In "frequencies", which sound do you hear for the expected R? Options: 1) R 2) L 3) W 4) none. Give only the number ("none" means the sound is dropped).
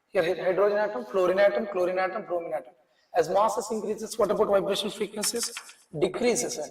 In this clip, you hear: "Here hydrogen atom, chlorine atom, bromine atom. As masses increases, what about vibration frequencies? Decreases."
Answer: 4